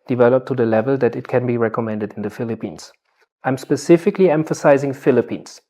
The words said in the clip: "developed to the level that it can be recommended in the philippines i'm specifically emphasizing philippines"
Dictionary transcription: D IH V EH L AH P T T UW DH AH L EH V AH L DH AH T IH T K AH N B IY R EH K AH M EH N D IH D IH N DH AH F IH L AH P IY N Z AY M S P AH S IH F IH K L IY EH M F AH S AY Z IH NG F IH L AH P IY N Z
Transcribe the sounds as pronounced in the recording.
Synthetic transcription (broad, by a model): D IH V EH L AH P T T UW DH AH L EH V AH L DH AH T IH T K AH N B IY R EH K AH M EH N D IH D IH N DH AH F IH L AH P IY N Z AY M S P AH S IH F IH K L IY EH M F AH S AY Z IH NG F IH L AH P IY N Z